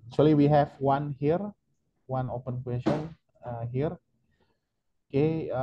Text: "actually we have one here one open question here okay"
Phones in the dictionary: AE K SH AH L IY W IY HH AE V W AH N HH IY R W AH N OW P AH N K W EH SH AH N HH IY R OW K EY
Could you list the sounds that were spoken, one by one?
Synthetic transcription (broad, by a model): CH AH L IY W IY HH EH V W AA N HH IY R W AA N OW P AH N K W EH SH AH N HH IY R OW K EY